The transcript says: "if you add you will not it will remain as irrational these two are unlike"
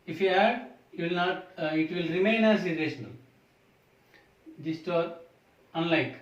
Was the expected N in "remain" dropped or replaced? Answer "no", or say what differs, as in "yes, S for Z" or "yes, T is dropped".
no